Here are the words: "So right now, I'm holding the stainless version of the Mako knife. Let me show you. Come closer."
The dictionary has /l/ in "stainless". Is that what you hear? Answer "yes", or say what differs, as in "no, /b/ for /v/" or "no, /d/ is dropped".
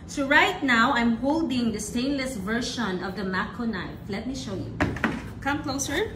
yes